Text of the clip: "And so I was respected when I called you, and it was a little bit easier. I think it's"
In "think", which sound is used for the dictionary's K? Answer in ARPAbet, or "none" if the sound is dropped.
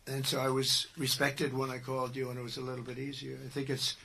K